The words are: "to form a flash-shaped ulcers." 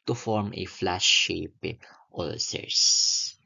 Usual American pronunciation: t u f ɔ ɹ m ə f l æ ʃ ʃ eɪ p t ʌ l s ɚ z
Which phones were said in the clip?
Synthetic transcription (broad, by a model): t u f ɔ ɹ m ə f l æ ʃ ʃ eɪ p t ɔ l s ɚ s